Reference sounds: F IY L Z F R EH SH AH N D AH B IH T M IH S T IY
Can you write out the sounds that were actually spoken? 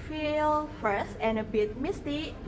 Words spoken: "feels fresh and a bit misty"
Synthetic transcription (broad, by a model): F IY L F R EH S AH N AH B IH T M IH S T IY